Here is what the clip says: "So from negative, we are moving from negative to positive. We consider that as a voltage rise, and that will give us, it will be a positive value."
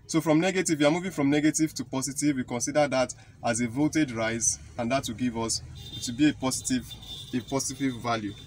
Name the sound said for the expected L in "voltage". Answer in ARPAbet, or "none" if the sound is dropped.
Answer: none